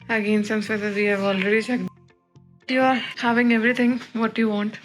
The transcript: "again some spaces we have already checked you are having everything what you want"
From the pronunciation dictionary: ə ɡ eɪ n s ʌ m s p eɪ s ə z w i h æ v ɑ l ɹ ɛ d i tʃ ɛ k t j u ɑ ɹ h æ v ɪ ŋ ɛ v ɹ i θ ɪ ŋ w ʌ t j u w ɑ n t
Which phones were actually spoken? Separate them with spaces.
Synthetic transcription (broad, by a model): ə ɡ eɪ n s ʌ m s eɪ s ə w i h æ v ɑ l ɹ ɛ d i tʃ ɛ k j u ɑ ɹ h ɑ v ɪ ŋ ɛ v ɹ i t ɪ ŋ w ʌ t j u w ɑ n t